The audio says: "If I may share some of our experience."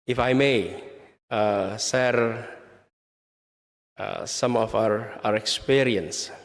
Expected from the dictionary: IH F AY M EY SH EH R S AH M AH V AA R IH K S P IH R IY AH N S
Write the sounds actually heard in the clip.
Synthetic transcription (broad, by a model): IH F AY M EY S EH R S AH M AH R AA R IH K S P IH R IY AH N S